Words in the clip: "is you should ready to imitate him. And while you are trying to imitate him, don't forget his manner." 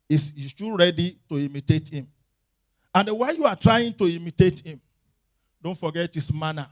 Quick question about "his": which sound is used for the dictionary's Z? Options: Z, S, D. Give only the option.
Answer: S